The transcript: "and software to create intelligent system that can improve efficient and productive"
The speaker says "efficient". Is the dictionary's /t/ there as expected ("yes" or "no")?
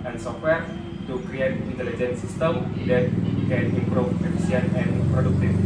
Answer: no